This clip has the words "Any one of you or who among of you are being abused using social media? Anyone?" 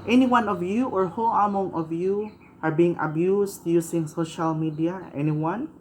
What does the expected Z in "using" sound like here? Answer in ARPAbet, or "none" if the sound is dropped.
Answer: S